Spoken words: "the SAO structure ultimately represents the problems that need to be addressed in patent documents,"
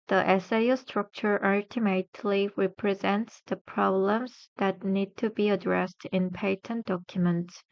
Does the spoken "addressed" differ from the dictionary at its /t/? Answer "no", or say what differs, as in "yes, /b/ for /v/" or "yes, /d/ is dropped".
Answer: no